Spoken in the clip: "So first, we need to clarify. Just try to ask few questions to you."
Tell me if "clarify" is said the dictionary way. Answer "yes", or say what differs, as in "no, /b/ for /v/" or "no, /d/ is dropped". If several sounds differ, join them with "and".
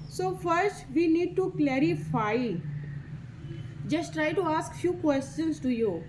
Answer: yes